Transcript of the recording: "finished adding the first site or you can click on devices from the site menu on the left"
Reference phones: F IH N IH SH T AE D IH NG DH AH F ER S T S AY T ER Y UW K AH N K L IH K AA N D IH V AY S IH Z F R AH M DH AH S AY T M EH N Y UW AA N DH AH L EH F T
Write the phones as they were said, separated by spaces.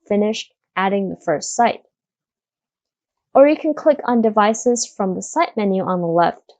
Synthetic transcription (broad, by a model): F IH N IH SH T AE D IH NG DH AH F ER S T S AY T ER Y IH K N K L IH K N D IH V AY S IH Z F R AH M DH AH S AY T M EH N Y UW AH N DH AH L EH F T